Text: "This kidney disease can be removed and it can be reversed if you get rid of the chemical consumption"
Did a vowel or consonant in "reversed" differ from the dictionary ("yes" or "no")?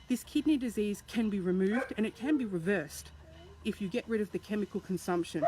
no